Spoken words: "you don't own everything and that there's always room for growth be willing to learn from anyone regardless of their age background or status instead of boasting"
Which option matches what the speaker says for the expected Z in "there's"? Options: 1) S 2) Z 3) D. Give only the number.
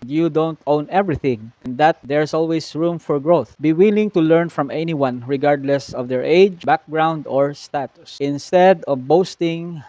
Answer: 1